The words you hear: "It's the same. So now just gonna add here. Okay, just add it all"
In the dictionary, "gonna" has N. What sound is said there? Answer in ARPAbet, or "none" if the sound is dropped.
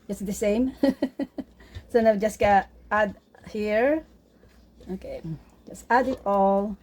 none